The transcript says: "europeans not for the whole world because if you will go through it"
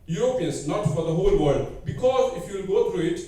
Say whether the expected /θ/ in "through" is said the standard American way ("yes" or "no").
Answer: no